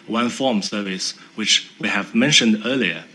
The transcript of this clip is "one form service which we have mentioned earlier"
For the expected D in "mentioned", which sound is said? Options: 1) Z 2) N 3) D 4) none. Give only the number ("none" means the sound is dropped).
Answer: 3